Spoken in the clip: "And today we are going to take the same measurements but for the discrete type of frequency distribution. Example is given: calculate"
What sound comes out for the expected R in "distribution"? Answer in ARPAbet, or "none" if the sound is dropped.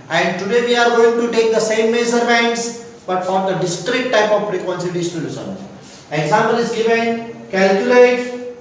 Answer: none